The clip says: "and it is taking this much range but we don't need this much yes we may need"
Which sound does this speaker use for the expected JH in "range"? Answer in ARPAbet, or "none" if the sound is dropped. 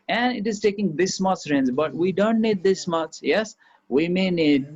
Z